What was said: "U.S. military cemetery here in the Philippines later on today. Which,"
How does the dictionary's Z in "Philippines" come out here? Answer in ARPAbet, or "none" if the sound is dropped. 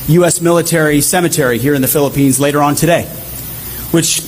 Z